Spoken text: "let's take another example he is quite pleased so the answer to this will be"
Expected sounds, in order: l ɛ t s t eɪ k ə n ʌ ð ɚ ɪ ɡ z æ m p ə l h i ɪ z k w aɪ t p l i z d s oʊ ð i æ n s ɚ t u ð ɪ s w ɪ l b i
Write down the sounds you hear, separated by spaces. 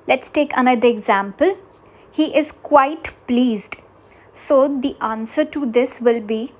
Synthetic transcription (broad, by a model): l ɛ t s t eɪ k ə n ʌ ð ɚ ɪ ɡ z æ m p ə l h i ɪ z k w aɪ t p l i z d s oʊ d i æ n s ɚ t u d ɪ s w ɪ l b i